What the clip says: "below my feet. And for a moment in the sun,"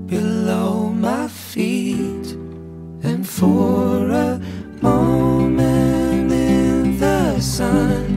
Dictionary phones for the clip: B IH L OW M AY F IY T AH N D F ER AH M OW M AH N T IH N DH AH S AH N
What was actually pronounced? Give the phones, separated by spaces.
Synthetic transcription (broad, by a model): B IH L OW M AY F IY T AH N F ER AH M OW M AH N IH N DH AH S AH N